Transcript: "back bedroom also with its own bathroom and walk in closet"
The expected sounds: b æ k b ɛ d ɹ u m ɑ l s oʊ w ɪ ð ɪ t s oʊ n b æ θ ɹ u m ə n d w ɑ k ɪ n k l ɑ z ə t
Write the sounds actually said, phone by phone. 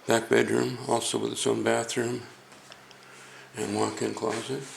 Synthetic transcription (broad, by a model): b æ k b ɛ d ɹ u m ɑ l s oʊ w ɪ ð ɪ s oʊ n b æ θ ɹ u m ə n w ɑ k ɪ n k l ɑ z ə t